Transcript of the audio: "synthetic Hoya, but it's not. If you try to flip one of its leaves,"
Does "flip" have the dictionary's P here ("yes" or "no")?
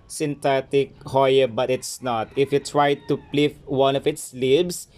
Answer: no